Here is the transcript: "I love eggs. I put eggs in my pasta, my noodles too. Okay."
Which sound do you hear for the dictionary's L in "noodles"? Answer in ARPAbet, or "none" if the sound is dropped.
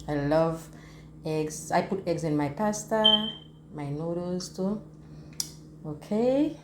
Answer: none